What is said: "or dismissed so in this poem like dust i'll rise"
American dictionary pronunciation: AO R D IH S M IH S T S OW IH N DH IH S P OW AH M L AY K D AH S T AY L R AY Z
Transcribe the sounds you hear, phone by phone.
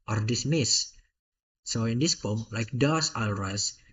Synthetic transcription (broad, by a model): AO R D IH S M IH S S OW IH N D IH S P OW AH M L AY K D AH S AY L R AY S